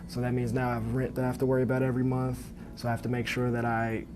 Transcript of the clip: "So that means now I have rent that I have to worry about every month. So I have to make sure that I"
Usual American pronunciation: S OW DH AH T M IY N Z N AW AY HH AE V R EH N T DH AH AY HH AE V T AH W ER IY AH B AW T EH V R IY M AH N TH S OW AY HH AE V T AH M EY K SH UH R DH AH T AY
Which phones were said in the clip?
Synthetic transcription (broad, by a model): S OW DH AH T M IY N Z N AW AY V R EH N T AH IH HH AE F T AH W ER IY AH B AW T EH V R IY M AH N TH S OW AY HH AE F T AH M EY K SH UH R DH AH T AY